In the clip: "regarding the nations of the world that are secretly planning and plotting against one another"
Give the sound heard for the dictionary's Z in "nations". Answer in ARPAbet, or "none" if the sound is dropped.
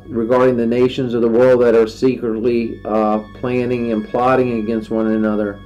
Z